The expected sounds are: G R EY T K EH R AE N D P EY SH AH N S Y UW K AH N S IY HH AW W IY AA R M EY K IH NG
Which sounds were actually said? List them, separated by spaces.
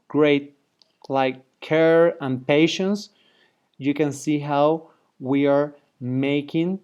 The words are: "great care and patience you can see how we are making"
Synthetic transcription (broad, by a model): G R EY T K EH R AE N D P EY SH AH N S Y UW K AH N S IY HH AW W IY AA R M EY K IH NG